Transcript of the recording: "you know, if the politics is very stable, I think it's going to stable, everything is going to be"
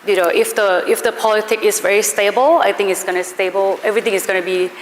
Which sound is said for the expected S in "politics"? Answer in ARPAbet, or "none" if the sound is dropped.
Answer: none